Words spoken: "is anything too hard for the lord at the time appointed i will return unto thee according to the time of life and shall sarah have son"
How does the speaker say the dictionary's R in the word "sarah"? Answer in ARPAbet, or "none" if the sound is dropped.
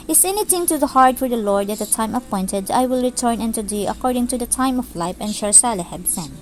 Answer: L